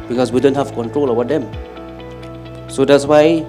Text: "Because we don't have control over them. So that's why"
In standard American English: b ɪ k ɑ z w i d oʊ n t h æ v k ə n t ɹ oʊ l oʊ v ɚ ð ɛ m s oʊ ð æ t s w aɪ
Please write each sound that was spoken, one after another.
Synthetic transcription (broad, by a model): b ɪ k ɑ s w i d oʊ n t h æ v k ə n t ɹ oʊ l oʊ b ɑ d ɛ m s oʊ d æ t s w aɪ